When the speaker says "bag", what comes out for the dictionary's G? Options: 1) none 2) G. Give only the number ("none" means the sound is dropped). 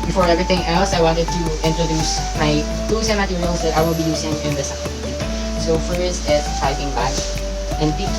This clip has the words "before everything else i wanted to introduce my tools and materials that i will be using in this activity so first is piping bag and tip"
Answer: 1